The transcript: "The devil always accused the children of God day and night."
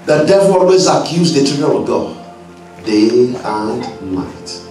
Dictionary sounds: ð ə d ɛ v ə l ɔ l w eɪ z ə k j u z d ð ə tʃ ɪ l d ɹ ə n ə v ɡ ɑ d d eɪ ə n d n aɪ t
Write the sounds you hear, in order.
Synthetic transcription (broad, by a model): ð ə d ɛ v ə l ɔ l w eɪ z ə k j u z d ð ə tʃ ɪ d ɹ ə ə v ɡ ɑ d d eɪ ə n d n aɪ t